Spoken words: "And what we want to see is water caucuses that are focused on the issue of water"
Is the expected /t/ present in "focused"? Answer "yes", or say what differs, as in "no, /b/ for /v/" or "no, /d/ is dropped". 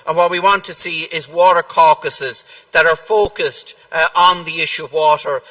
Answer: yes